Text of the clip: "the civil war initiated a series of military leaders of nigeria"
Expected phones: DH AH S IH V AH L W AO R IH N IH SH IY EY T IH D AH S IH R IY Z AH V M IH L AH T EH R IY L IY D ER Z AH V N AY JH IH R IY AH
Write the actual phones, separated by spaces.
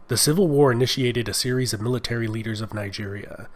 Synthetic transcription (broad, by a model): DH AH S IH V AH L W AO R IH N IH SH IY EY T IH D AH S IH R IY Z AH V M IH L AH T EH R IY L IY D ER Z AH V N AY JH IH R IY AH